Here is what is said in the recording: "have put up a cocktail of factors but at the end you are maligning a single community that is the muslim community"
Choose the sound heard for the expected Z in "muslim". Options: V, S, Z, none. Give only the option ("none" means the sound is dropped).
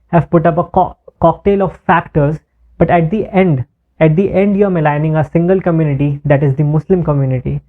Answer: S